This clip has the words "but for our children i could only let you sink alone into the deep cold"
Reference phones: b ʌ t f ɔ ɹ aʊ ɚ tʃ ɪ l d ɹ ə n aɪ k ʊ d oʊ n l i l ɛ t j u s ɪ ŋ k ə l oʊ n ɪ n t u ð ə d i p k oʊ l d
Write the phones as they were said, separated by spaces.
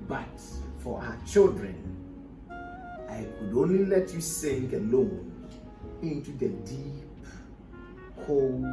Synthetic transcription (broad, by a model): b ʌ t f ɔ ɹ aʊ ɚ tʃ ɪ l d ɹ ə n aɪ k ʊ d oʊ n l i l ɛ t j u s ɪ ŋ k ə l oʊ n ɪ n t u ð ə d i p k oʊ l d